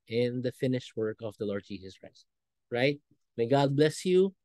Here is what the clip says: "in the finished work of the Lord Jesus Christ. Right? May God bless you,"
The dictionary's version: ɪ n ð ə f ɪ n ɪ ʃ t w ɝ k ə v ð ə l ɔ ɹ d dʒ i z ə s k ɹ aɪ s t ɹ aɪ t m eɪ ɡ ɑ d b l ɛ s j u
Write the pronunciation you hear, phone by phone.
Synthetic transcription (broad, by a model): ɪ n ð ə f ɪ n ɪ ʃ t w ɝ k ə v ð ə l ɔ ɹ d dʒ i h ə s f ɹ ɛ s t ɹ aɪ t m eɪ ɡ ɑ d b l ɛ s j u